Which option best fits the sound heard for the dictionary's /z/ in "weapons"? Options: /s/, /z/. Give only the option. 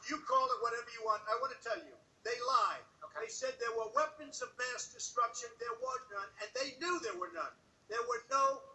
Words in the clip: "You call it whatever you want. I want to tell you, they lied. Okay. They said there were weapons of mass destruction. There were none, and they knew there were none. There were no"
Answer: /z/